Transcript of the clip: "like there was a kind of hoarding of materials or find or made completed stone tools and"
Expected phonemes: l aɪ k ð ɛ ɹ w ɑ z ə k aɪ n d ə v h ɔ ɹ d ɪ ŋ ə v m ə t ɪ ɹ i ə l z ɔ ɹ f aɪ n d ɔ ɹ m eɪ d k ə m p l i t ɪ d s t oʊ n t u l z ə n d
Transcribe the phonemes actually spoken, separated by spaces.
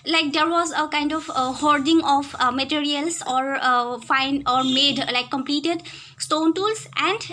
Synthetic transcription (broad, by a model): l aɪ k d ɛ ɹ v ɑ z ə k aɪ n d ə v h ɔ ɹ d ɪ ŋ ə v m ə t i ɹ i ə l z ɔ ɹ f aɪ n ɔ ɹ m eɪ d k ə m p l i t ɪ d s t oʊ n t u l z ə n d